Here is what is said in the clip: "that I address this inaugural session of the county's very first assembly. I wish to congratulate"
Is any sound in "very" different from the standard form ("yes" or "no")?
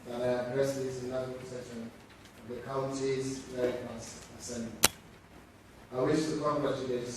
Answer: yes